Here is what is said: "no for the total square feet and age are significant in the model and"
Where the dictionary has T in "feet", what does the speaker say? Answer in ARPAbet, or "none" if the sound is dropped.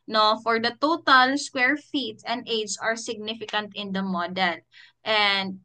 T